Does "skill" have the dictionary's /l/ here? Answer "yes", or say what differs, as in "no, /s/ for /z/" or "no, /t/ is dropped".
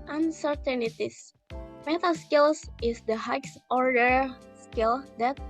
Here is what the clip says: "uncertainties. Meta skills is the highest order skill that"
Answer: yes